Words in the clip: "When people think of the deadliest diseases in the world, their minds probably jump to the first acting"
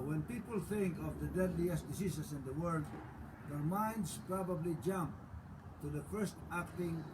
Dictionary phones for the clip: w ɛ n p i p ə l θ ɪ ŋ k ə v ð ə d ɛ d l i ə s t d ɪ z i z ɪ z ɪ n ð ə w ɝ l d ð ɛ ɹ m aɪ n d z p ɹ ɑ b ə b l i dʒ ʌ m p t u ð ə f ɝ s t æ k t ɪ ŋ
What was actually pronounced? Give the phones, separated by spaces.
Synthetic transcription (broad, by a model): w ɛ n p i p ə l θ ɪ ŋ k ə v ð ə d ɛ d l i ə s t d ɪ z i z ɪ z ɪ n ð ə w ɝ l d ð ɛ ɹ m aɪ n d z p ɹ ɑ b ə b l i dʒ ʌ m p t u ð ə f ɝ s t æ k t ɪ ŋ